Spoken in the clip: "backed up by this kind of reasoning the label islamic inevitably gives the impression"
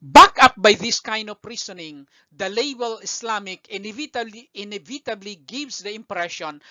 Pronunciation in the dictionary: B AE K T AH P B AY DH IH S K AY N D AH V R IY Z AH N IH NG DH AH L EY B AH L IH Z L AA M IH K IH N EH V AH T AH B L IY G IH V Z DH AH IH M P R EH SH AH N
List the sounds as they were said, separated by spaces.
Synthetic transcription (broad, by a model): B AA K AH P B AY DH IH S K AY N D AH P R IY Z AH N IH NG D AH L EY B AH L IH S L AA M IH K IH N EH V AH T AH B L IY G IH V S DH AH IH M P R EH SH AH N